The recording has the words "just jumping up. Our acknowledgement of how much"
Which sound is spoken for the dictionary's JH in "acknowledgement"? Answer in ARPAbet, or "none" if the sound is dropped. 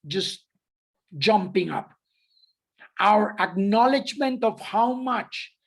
JH